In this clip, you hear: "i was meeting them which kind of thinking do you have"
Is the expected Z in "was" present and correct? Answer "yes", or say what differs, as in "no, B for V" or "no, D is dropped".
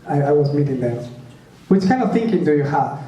yes